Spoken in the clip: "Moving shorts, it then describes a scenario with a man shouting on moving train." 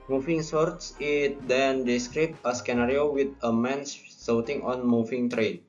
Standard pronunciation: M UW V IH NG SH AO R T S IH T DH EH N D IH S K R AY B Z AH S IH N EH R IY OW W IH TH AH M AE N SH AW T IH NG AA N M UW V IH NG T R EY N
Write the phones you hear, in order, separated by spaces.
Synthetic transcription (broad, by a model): M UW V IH NG S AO R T S IH T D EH N D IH S K R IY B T AH S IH N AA R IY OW W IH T AH M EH N S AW T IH NG AA N M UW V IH NG T R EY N